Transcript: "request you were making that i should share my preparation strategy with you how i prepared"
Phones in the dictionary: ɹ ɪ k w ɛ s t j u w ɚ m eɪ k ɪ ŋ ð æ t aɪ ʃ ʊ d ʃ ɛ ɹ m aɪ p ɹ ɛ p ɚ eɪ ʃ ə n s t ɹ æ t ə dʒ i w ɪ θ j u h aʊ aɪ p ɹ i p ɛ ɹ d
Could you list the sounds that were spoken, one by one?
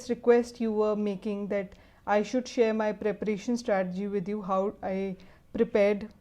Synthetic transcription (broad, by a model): ɹ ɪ k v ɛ s t j u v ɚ m eɪ k ɪ ŋ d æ t aɪ ʃ ʊ d ʃ ɛ ɹ m aɪ p ɹ ɛ p ɚ eɪ ʃ ə n s t ɹ æ t ə dʒ i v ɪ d j u h aʊ aɪ p ɹ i p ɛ ɹ d